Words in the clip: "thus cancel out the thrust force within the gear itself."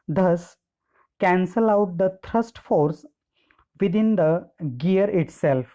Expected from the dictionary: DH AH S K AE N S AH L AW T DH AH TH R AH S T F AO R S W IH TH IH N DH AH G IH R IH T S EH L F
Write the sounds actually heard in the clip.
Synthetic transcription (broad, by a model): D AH S K AE N S AH L AW T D AH T R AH S T F AO R S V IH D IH N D AH G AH R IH T S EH L F